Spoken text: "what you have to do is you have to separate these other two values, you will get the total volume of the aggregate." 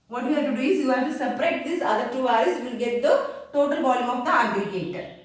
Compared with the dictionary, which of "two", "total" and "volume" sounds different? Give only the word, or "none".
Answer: volume